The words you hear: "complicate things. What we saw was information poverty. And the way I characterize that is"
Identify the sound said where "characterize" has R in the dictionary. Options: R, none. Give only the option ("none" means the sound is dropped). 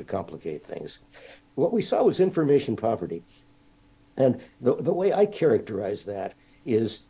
R